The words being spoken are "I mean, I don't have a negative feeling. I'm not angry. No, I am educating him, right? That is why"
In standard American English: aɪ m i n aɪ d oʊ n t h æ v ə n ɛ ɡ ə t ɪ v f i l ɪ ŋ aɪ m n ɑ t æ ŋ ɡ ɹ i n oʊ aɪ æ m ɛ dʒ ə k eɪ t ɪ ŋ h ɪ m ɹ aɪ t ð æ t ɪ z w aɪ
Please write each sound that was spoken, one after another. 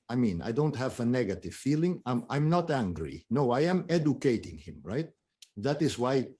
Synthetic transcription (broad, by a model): aɪ m i n aɪ d oʊ n t h æ v ə n ɛ ɡ ə t ɪ v f i l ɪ ŋ aɪ m n ɑ t æ ŋ ɡ ɹ i n oʊ aɪ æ m ɛ dʒ ə k eɪ t ɪ ŋ h ɪ m ɹ aɪ t ð æ t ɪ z w aɪ